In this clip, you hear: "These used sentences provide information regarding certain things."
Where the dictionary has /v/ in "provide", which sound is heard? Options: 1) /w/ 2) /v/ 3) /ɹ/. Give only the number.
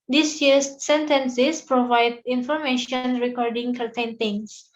2